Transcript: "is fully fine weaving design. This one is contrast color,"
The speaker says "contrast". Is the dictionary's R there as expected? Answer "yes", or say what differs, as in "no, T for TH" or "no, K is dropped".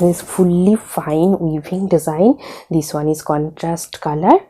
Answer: yes